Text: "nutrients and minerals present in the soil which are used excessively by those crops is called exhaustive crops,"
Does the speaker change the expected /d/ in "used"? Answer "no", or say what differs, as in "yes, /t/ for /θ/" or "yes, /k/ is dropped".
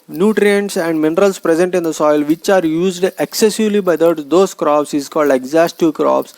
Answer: no